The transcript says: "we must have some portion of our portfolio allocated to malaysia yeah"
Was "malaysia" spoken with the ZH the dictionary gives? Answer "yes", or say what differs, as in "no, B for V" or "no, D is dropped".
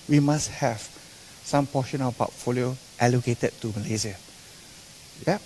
no, Z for ZH